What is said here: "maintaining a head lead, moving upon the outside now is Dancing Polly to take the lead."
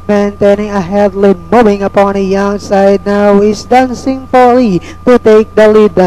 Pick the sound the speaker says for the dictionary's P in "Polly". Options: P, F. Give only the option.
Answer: F